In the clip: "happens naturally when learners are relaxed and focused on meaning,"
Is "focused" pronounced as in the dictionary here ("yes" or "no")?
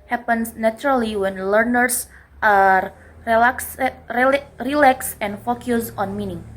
no